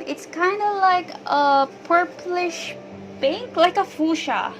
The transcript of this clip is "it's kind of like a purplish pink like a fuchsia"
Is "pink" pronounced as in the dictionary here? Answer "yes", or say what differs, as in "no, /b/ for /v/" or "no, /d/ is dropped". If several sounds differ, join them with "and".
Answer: no, /b/ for /p/